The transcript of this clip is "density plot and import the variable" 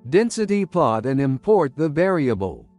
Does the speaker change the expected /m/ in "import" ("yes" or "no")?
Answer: no